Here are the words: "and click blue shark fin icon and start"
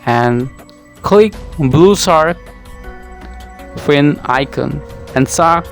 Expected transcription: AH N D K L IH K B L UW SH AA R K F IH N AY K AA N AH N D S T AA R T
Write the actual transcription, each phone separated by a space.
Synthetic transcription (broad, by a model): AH N K L IH K B L UW S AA R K F IH N AY K AA N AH N S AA